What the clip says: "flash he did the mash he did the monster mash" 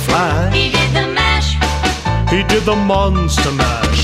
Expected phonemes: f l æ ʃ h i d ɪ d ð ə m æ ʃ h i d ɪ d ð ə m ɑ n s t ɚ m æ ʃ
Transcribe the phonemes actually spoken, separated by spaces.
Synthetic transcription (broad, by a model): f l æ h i d ɪ d ð ə m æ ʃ h i d ɪ d ð ə m ɑ n s t ɚ m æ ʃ